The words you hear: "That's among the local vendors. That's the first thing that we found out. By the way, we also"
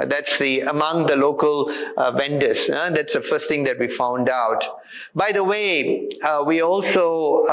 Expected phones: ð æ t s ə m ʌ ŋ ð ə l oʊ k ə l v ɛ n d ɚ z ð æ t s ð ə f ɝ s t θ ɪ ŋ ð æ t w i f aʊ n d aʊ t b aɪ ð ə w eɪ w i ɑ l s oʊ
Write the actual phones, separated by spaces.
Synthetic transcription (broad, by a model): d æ t s ə m ʌ ŋ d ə l oʊ k ə l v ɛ n d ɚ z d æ t s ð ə f ɝ s t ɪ ŋ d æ t w i f aʊ n d aʊ t b aɪ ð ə w eɪ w i ɑ l s oʊ